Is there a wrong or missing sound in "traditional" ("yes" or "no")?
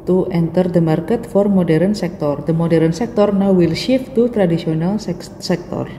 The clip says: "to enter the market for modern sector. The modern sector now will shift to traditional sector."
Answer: yes